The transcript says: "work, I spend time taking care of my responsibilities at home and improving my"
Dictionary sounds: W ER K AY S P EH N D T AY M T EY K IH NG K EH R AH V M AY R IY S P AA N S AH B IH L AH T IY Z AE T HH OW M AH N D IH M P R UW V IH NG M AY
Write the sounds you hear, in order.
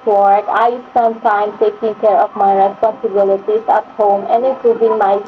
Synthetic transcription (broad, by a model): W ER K AY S AH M T AY M T EY K IH NG K EH R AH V M AY R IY S P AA N S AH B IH L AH T IY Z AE T HH OW M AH N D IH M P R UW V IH NG M AY